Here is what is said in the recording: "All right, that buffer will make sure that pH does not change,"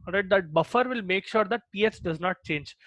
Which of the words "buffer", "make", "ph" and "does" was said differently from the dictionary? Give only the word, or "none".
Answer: ph